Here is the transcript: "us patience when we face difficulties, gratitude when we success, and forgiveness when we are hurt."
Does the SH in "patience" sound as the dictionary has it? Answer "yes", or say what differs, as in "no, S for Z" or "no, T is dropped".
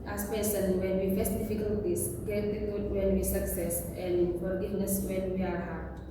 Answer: no, S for SH